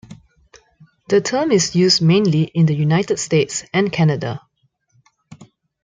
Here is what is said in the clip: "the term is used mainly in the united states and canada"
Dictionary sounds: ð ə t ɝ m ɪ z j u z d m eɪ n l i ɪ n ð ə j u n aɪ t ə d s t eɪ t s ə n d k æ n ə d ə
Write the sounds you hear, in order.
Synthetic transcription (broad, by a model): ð ə t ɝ m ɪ s j u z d m eɪ n l i ɪ n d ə j u n aɪ t ə d s t eɪ t s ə n k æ n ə d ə